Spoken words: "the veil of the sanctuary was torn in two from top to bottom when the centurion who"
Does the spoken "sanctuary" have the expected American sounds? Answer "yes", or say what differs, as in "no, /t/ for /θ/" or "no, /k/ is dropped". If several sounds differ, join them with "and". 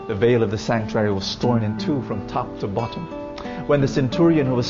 yes